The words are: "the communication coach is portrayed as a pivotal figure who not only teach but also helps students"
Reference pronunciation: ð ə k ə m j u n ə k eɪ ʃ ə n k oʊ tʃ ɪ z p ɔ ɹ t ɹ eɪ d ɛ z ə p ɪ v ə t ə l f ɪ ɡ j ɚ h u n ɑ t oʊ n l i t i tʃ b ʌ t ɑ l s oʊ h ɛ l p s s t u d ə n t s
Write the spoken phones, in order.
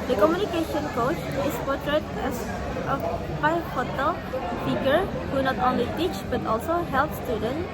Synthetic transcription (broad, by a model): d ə k ə m j u n ə k eɪ ʃ ə n k oʊ tʃ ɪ s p ɔ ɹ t ɹ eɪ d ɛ s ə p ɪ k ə t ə l p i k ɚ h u n ɑ t oʊ n l i t i tʃ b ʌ t ɑ l s oʊ h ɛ l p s s t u d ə n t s